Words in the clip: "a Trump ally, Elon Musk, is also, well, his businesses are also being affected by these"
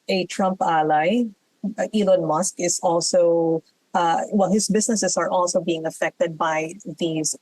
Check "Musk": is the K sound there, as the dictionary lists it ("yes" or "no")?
yes